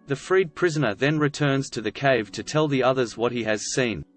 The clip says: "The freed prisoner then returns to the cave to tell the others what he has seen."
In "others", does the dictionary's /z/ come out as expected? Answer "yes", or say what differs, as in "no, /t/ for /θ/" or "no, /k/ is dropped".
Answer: yes